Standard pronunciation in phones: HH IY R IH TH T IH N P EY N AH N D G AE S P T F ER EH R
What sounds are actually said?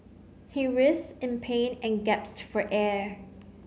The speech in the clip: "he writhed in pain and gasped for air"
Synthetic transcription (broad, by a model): HH IY R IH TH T IH N P EY N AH N G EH P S F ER EH R